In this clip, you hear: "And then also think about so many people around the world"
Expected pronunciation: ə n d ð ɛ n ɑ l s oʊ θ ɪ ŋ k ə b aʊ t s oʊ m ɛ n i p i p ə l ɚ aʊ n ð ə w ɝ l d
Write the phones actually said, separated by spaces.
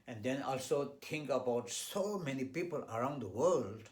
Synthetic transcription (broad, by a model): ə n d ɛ n ɑ l s oʊ t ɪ ŋ k ə b aʊ t s oʊ m ɛ n i p i p ə l ɚ aʊ n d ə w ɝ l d